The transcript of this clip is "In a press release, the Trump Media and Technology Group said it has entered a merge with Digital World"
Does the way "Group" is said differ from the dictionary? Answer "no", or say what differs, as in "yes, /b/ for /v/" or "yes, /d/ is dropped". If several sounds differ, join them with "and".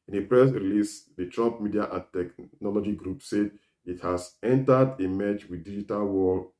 no